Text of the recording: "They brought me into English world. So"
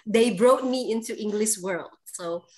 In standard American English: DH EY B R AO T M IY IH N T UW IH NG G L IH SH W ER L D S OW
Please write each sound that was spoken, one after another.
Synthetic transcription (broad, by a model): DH EY B R AO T M IY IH N T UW IH NG G L IH SH W ER L D S OW